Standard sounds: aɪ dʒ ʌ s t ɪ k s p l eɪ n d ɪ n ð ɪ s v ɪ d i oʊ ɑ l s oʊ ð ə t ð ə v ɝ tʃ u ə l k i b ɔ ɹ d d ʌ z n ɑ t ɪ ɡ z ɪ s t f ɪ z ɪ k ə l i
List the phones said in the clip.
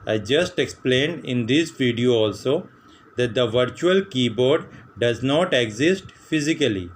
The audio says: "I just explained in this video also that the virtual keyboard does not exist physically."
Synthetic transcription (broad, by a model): aɪ dʒ ʌ s t ɪ k s p l eɪ n d ɪ n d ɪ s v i d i oʊ ɑ l s oʊ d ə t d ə v ɝ tʃ u ə l k i b ɔ ɹ d d ʌ z n ɑ t ɪ ɡ z ɪ s t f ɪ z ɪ k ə l i